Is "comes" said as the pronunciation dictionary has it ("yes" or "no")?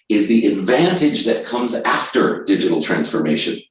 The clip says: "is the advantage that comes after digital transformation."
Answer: yes